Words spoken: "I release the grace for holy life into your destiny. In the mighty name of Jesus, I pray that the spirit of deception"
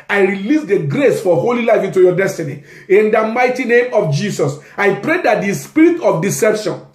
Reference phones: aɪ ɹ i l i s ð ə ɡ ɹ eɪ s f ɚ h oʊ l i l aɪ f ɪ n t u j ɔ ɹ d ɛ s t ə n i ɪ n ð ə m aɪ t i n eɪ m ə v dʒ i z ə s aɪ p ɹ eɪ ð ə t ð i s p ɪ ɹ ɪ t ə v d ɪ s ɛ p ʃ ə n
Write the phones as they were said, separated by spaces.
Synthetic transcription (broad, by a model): aɪ ɹ i l i s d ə ɡ ɹ eɪ s f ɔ h oʊ l i l aɪ f ɪ n t u j ɔ d ɛ s t ə n i ɪ n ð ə m aɪ t i n eɪ m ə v dʒ i s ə s aɪ p ɹ eɪ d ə t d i s p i ɹ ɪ t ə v d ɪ s ɛ p ʃ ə n